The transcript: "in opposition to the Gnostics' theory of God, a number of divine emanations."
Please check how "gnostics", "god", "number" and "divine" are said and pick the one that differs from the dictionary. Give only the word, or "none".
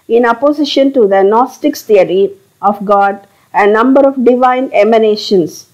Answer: none